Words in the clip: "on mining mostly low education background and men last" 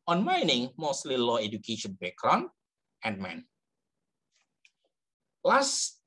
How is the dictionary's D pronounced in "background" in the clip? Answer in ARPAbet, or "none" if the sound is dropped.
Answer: none